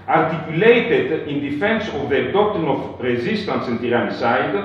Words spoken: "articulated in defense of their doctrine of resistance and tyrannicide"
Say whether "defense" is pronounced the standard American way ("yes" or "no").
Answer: yes